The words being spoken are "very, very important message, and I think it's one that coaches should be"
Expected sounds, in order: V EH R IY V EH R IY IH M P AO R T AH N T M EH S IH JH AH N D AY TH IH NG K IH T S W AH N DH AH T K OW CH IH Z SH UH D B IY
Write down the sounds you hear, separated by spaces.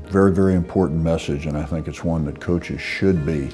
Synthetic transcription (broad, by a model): V EH R IY V EH R IY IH M P AO R T N M EH S IH JH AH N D AY TH IH NG K IH T S W AH N DH AH T K OW CH IH Z SH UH D B IY